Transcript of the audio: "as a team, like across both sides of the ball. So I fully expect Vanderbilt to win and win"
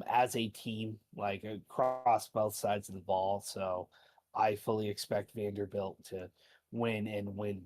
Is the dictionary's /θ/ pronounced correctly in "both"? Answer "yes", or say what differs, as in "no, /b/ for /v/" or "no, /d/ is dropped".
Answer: yes